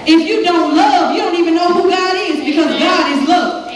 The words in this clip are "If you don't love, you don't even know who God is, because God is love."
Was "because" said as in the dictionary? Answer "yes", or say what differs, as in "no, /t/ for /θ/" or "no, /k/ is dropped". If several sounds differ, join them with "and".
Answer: yes